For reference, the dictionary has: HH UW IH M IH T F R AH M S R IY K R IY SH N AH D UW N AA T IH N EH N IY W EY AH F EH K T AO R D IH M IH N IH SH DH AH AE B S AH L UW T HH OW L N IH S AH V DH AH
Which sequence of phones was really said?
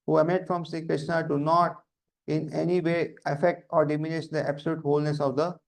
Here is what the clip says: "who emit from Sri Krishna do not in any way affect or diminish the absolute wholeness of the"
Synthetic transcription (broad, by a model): HH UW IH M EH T F R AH M S IY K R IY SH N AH D UW N AA T IH N EH N IY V EY AH F EH K T AO R D IH M IH N IH SH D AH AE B S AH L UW T HH OW L N IH S AH V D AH